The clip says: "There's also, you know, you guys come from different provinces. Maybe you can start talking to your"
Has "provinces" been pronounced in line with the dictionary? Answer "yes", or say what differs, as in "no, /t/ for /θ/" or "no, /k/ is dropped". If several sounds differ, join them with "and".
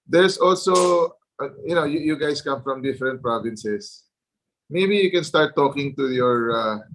no, /s/ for /z/